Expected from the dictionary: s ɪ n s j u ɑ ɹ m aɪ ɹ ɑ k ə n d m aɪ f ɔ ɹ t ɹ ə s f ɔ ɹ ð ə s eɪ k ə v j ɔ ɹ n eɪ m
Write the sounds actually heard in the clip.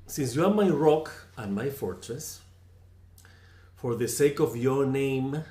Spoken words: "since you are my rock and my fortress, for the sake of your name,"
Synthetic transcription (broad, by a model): s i n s j u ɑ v m aɪ ɹ ɑ k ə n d m aɪ f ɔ ɹ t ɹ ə s f ɔ ɹ ð ə s eɪ k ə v j ɔ ɹ n eɪ m